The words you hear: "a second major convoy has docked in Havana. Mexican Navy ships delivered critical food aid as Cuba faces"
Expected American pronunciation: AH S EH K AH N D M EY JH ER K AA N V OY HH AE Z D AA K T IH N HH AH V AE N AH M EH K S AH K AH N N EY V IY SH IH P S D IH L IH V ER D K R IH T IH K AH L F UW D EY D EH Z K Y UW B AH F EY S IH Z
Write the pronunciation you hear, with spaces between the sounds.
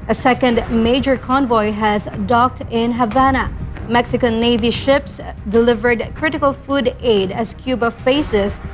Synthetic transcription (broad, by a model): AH S EH K AH N D M EY JH ER K AA N V OY HH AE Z D AA K T IH N HH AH V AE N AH M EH K S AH K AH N N EY V IY SH IH P S D IH L IH V ER D K R IH T IH K AH L F UW D EY D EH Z K Y UW B AH F EY S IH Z